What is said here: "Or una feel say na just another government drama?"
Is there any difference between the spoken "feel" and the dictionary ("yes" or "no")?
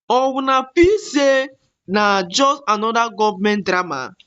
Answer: yes